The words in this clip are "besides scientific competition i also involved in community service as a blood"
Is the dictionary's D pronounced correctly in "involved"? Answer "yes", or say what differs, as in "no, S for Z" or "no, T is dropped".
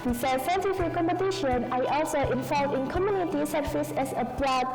no, D is dropped